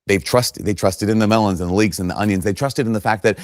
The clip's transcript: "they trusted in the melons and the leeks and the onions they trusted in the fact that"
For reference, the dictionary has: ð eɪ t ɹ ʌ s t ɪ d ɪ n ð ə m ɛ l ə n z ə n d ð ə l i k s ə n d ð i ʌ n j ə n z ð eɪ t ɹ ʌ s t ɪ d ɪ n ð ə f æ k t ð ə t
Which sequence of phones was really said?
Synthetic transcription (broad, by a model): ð eɪ t ɹ ʌ s t ɪ d ɪ n ð ə m ɛ l ə n z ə n ð ə l i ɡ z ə n ð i ʌ n j ə n z ð eɪ t ɹ ʌ s t ɪ d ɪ n ð ə f æ k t ð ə t